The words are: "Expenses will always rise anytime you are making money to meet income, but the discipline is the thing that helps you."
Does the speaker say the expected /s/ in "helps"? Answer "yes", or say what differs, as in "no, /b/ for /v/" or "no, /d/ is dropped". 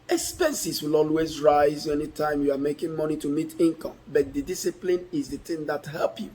no, /s/ is dropped